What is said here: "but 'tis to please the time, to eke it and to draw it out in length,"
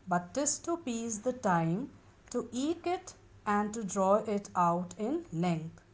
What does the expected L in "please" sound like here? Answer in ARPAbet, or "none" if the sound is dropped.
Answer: none